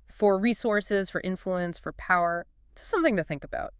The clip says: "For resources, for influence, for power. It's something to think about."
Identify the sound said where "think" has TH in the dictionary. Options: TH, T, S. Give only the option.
TH